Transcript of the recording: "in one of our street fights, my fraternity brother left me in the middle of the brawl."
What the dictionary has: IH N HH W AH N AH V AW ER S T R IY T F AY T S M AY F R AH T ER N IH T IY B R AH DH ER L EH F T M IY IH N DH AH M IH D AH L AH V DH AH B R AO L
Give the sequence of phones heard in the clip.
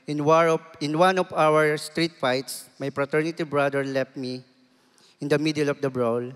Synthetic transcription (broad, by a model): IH N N W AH N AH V AW ER S T R IY T F AY T S M AY P R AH T ER N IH T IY B R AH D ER L EH F T M IY IH N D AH M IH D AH L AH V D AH B R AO L